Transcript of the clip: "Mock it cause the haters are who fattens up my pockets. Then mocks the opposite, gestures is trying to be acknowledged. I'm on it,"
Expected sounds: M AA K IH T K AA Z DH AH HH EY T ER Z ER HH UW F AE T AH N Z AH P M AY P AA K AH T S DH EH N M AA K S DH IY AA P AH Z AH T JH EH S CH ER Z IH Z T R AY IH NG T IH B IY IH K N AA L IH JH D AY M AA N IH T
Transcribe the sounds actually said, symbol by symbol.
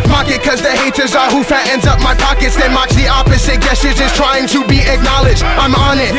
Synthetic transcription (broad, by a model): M AA K IH T K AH Z DH AH HH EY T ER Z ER HH UW F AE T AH N Z AH P M AY P AA K AH T S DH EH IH M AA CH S DH IY AA P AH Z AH T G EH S IH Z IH S T R AY IH NG T IH B IY IH K N AA L IH JH D AY M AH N IH T